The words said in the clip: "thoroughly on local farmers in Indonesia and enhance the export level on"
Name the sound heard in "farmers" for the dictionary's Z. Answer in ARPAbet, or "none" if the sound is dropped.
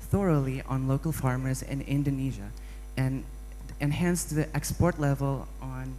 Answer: Z